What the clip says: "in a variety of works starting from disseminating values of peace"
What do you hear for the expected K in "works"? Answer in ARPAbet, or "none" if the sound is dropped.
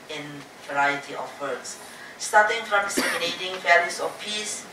none